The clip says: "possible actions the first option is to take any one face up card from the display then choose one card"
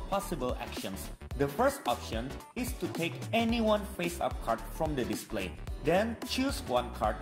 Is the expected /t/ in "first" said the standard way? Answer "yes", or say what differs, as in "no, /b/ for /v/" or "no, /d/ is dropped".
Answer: yes